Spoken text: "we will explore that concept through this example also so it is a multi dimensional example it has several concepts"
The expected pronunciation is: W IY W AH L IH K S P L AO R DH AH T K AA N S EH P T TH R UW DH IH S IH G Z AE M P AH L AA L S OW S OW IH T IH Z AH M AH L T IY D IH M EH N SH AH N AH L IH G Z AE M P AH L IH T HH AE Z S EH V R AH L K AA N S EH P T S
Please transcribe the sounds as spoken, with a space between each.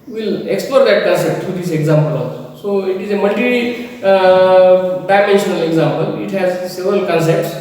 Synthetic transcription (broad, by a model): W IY L IH K S P L AO R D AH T K AA N S EH P T T R UW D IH S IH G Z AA M P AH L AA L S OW S OW IH T IH Z AH M AH L T IY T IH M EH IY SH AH N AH L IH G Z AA M P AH L IH T HH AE Z S EH V R AH L K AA N S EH P T S